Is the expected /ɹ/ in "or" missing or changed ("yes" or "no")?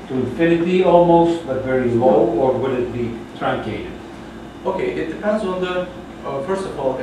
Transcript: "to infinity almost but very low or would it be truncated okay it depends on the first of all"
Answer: no